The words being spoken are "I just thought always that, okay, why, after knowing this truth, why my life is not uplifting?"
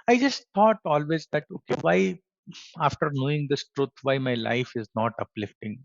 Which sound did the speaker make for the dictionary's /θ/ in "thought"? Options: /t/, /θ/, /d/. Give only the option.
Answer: /t/